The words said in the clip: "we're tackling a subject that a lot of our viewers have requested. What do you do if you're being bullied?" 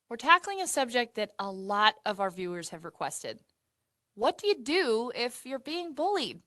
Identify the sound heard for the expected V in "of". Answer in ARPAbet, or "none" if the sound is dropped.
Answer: V